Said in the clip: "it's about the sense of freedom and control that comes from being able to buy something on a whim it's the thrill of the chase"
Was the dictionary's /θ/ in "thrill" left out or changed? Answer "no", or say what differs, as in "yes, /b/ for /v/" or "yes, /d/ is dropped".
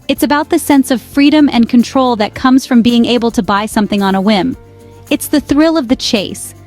no